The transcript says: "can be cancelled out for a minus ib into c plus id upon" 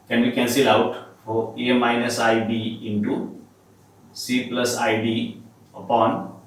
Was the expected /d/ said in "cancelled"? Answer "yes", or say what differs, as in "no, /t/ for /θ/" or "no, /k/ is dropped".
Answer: no, /d/ is dropped